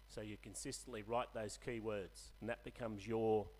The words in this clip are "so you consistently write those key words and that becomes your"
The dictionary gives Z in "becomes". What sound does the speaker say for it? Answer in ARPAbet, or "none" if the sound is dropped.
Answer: Z